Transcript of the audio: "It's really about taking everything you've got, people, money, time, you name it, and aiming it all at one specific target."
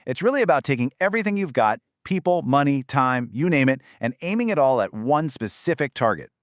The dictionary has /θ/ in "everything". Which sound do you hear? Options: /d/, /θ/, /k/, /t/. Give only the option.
/θ/